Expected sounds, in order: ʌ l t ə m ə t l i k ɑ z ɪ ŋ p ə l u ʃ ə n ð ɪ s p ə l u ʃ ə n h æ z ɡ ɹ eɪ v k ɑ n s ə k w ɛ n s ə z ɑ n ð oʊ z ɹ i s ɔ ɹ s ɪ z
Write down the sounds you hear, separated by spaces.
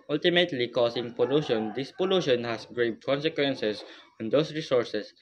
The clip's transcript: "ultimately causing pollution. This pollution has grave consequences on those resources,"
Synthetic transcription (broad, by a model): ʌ l t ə m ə t l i k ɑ s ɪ ŋ p ə l u ʃ ə n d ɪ s p ə l u ʃ ə n h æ s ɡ ɹ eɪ b k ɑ n s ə k w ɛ n s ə s ɑ n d oʊ s ɹ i s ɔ ɹ s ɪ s